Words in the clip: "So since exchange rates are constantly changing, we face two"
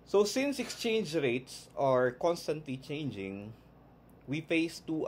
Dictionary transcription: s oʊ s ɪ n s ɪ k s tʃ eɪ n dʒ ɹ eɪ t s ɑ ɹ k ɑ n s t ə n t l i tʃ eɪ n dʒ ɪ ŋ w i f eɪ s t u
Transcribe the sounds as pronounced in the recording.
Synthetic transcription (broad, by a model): s oʊ s ɪ n s ɪ k s tʃ eɪ n dʒ ɹ eɪ t s ɑ ɹ k ɑ n s t ə n t l i tʃ eɪ n dʒ ɪ ŋ w i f eɪ s t u